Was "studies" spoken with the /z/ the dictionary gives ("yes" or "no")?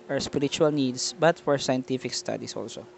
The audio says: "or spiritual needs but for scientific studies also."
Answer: no